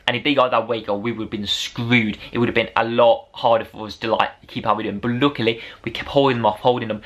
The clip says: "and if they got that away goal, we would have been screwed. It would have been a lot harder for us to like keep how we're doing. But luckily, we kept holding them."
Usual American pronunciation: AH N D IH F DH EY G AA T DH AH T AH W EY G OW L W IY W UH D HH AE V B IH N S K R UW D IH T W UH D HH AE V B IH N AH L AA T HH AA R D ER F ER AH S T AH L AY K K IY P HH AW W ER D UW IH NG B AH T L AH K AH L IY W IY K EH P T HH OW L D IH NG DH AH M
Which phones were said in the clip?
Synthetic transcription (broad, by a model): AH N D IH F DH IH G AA DH AH T W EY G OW W IY W UH D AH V B IH N S K R UW D IH T W UH D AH V B IH N AH L AA T HH AA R D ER F ER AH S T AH L AY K K IY P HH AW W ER D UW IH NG B AH T L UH K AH L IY W IY K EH P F HH OW L D IH NG DH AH M